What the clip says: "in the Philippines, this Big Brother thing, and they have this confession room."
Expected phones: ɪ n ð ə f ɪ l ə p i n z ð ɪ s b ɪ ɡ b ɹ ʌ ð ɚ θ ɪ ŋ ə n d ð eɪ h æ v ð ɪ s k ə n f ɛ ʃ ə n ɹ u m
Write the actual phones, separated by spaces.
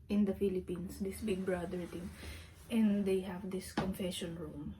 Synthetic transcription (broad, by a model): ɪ n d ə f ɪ l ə p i n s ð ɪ s b ɪ ɡ b ɹ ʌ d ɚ t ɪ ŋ ə n d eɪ h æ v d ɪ s k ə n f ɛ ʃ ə n ɹ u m